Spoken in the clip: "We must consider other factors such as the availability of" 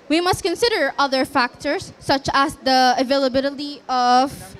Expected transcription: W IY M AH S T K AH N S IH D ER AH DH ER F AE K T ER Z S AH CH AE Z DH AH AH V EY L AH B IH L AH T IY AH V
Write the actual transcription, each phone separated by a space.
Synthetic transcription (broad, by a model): W IY M AH S T K AH N S IH D ER AH DH ER F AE K T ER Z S AH CH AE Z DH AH AH V EY L AH B IH L AH T IY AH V